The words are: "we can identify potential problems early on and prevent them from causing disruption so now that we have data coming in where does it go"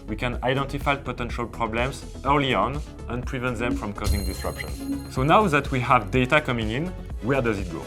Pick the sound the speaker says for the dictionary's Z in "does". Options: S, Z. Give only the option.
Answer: Z